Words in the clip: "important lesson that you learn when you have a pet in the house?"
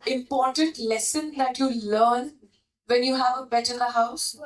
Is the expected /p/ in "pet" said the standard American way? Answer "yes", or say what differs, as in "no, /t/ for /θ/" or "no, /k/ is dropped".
no, /b/ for /p/